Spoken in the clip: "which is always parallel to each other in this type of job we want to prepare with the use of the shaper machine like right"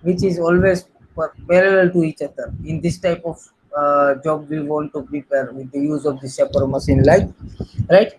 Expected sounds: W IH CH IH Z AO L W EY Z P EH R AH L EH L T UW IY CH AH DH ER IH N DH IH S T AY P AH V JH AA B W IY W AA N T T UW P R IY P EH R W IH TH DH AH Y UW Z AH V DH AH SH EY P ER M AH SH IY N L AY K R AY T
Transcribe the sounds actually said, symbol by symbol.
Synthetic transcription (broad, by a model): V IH CH IH Z AO L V EY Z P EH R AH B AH L T UW IY CH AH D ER IH N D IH S T AY P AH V JH AA B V IY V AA N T T UW P R IY P EH R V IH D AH Y UW Z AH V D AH S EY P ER M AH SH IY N L AY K R AY T